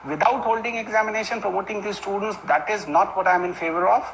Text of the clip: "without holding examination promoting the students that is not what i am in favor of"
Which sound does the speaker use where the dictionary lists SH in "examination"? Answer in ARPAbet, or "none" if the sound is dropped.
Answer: SH